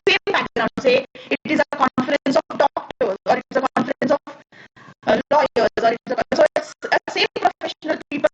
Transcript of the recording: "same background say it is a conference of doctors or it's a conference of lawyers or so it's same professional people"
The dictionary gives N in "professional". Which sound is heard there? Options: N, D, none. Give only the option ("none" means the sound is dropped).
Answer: N